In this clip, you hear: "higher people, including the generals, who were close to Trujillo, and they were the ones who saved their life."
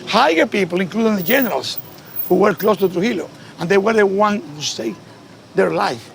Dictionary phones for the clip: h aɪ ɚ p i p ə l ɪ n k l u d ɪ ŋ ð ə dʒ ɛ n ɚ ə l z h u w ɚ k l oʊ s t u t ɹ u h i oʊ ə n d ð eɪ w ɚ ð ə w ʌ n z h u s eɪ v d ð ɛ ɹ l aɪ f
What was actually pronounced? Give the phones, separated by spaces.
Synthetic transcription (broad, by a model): h aɪ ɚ p i p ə l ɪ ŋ k l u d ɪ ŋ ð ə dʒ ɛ n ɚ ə l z h u w ɚ k l oʊ s t u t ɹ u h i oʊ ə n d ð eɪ w ɚ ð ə w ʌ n h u s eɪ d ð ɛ ɹ l aɪ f